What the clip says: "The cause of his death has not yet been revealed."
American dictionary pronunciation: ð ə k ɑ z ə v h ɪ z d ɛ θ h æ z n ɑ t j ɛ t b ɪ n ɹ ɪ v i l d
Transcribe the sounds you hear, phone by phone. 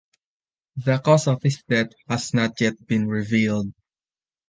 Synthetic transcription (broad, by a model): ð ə k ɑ s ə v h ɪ s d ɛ t h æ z n ɑ t j ɛ t b ɪ n ɹ ɪ v i l d